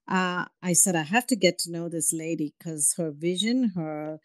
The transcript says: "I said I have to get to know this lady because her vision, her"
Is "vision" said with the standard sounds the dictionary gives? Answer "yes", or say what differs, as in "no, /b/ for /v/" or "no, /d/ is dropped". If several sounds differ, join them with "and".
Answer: yes